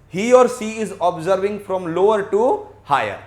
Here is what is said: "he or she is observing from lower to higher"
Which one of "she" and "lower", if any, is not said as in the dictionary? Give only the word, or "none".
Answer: she